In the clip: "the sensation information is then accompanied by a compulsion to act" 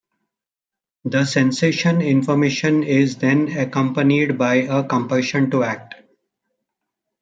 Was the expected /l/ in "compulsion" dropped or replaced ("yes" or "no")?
yes